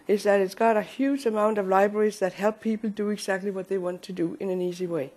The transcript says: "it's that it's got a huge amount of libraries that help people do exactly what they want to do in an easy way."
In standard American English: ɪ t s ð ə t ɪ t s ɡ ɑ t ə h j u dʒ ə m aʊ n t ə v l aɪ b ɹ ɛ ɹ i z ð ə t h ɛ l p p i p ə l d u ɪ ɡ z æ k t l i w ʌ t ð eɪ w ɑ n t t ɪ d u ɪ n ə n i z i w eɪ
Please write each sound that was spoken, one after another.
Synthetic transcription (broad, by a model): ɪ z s ð ə t ɪ t s ɡ ɑ t ə h j u dʒ ə m aʊ n t ə v l aɪ b ɹ ɛ ɹ i z ð ə t h ɛ l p p i p l d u ɪ ɡ z æ k t l i w ʌ t ð eɪ w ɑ n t t ɪ d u ɪ n ə n i z i w eɪ